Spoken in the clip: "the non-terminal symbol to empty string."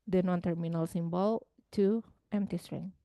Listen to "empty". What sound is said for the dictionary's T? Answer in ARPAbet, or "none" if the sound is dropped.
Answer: T